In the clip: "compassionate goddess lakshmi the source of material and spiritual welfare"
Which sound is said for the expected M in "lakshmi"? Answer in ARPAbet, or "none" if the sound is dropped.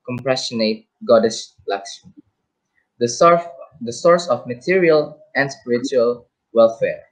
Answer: none